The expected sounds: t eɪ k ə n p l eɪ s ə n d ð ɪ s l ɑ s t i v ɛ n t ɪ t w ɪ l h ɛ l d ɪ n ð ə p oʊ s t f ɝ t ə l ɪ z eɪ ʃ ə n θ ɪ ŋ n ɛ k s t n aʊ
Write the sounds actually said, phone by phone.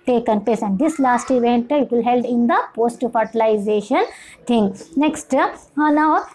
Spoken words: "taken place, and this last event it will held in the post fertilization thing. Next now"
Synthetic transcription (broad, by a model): t eɪ k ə n p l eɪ s ə n d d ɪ s l ɑ s t i v ɛ n t ɪ t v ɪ l h ɛ l d ɪ n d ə p oʊ s t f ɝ t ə l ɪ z eɪ ʃ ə n t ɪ ŋ n ɛ k s t n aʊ